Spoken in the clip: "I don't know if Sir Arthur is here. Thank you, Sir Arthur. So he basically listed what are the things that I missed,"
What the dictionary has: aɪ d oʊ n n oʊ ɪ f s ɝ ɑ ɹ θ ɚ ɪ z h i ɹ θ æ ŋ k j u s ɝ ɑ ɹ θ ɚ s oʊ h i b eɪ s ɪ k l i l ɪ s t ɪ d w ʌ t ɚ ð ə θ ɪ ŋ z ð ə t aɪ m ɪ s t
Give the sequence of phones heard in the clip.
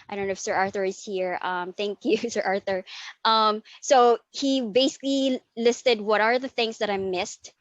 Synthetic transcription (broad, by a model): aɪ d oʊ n n oʊ ɪ f s ɝ ɑ ɹ θ ɚ ɪ z h i ɹ θ æ ŋ k j u s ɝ ɑ ɹ θ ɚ s oʊ h i b eɪ s ɪ k l i l ɪ s t ɪ d w ʌ t ɚ ð ə θ ɪ ŋ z ð ə t aɪ m ɪ s t